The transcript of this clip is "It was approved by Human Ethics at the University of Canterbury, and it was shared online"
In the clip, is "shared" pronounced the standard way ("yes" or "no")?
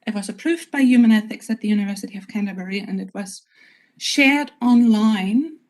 yes